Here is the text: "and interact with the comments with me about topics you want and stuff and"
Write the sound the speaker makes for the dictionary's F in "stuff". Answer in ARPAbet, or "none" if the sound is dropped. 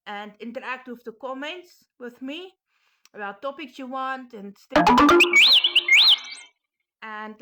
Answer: none